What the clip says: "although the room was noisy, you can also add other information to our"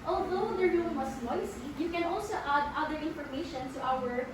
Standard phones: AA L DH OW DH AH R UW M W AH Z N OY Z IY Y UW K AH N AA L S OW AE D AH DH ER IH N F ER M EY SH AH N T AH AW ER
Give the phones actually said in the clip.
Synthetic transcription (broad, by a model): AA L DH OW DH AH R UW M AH S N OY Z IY Y UW K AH N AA L S OW AE D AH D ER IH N F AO M EY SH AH N T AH AW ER